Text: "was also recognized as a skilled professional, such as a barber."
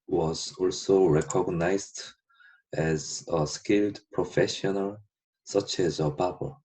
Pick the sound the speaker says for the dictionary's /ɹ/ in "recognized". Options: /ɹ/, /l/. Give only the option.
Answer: /ɹ/